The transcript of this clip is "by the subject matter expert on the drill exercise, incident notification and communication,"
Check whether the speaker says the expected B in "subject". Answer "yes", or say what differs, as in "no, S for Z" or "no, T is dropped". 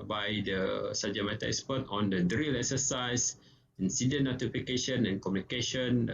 no, B is dropped